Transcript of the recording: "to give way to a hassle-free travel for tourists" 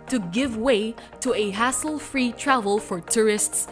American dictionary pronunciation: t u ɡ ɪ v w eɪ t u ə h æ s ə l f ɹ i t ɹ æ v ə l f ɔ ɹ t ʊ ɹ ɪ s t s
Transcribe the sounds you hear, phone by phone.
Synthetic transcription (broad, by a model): t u ɡ ɪ v w eɪ t u ə h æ s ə l f ɹ i t ɹ æ v ə l f ɔ ɹ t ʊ ɹ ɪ s t s